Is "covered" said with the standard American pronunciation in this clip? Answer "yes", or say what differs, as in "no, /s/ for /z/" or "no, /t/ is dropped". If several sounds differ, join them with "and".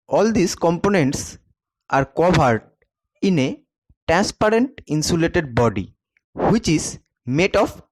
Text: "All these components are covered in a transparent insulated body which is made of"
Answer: no, /b/ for /v/